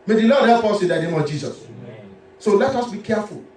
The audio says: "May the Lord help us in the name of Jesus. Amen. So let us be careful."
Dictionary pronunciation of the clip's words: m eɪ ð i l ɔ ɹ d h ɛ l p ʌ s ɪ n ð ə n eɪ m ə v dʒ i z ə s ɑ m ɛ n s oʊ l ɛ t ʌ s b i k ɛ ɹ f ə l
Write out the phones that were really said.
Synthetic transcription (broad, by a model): m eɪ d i l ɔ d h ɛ p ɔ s ɪ n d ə n eɪ m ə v dʒ i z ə s s oʊ l ɛ t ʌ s b i k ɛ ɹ f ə l